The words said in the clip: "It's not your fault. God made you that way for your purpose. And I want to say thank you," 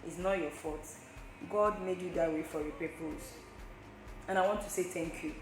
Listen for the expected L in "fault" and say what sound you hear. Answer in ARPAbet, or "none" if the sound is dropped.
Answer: none